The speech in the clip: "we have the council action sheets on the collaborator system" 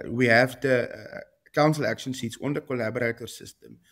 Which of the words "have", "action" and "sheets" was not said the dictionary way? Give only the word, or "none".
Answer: sheets